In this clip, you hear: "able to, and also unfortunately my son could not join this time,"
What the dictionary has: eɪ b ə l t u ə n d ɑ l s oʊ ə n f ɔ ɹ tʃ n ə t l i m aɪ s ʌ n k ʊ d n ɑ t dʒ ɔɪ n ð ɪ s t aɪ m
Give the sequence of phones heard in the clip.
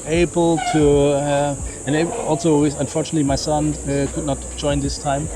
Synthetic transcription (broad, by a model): eɪ b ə l t u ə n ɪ ɑ l s oʊ ə n f ɔ ɹ tʃ n ə t l i m aɪ s ʌ n k ʊ d n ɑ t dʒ ɔɪ n ð ɪ s t aɪ m